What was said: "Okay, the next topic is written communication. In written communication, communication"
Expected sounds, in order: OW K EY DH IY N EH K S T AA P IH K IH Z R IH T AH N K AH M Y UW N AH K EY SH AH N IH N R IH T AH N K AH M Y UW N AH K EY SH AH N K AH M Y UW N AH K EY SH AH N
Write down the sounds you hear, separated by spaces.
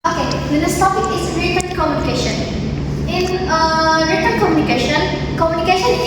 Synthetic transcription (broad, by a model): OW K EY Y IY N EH S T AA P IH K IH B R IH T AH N K AH M Y UW N AH K EY SH AH N IH N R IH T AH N K AH M Y UW N AH K EY SH AH N K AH M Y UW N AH K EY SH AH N